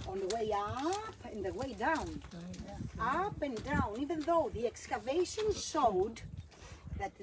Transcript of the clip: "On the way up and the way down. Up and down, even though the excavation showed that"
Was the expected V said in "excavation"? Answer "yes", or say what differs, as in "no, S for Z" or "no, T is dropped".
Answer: yes